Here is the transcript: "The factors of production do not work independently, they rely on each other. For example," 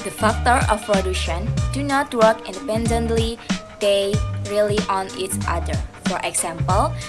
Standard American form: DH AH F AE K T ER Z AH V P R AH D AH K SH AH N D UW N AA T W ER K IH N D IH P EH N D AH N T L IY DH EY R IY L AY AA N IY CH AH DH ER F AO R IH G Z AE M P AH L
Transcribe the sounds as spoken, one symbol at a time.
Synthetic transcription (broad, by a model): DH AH F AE K T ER AH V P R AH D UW SH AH N D UW N AA T W ER K IH N D IH P EH N D AH N T L IY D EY R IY L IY AA N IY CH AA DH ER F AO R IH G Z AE M P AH L